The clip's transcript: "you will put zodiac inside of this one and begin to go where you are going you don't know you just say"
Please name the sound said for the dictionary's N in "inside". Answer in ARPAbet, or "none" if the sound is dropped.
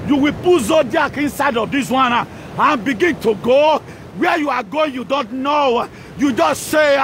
N